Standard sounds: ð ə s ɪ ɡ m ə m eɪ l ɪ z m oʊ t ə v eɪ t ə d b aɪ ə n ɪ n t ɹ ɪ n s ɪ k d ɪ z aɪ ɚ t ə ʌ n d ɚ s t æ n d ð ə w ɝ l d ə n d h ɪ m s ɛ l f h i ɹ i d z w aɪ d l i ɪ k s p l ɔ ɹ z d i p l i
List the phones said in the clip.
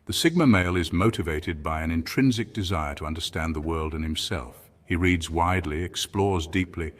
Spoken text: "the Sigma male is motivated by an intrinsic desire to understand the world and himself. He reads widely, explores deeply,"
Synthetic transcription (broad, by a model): ð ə s ɪ ɡ m ə m eɪ l ɪ z m oʊ t ə v eɪ t ə d b aɪ ə n ɪ n t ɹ ɪ n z ɪ k d ɪ z aɪ ɚ t ə ʌ n d ɚ s t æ n ð ə w ɝ l d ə n h ɪ m s ɛ l f h i ɹ i d z w aɪ d l i ɪ k s p l ɔ ɹ z d i p l i